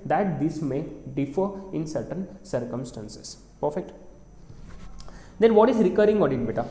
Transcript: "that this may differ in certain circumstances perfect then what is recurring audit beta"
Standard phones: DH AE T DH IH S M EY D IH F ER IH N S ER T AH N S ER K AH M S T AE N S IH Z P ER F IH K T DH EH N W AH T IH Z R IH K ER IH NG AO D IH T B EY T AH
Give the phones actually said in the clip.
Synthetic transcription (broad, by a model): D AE T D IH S M EY D IH F ER IH N S ER T AH N S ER K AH M S T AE N S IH S P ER F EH K T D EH N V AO T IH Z R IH K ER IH NG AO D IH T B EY T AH